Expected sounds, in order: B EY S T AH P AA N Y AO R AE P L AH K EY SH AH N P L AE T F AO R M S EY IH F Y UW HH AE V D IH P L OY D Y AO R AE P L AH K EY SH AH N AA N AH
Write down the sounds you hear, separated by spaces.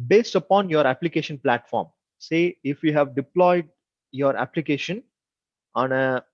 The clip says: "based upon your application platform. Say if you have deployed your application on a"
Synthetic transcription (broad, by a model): B EY S T AH P AA N Y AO R AE P L AH K EY SH AH N P L AE T F AO R M S EY IH F Y UW HH AE V D IH P L OY D Y AO R AE P L AH K EY SH AH N AA N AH